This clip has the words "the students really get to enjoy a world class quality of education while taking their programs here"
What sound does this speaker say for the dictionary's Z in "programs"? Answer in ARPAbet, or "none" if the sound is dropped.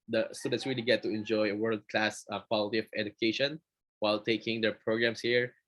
S